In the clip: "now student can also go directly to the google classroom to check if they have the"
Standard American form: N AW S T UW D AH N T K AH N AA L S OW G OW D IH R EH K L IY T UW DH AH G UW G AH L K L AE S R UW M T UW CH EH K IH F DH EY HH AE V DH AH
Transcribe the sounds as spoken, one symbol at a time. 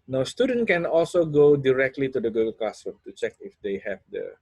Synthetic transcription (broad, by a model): N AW S T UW D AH N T K AH N AA L S OW G OW D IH R EH K L IY T UW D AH G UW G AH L K AA S AH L T UW CH EH K IH F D EY HH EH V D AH